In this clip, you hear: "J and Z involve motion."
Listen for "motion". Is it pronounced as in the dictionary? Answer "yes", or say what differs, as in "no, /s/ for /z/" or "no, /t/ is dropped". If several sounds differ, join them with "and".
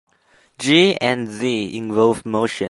no, /n/ is dropped